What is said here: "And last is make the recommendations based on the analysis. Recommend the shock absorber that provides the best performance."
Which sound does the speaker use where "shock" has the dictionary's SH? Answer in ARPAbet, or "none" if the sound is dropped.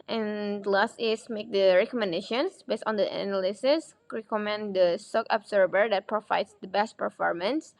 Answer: S